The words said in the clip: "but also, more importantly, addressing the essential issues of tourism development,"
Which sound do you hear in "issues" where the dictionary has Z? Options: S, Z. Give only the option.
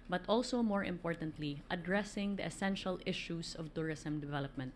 S